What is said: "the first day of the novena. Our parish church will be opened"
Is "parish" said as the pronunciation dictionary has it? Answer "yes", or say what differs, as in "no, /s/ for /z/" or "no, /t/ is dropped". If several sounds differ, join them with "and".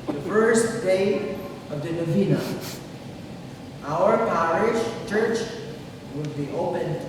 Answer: yes